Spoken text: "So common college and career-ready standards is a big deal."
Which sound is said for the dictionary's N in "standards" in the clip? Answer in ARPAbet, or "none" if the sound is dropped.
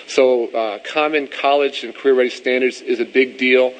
N